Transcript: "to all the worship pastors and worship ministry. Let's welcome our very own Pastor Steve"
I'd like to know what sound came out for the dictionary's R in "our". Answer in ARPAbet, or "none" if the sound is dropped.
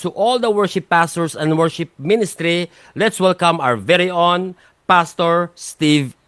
W